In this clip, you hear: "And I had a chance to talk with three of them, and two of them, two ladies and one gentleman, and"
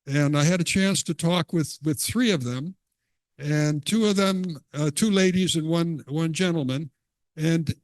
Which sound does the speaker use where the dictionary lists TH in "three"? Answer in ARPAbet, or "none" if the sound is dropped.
TH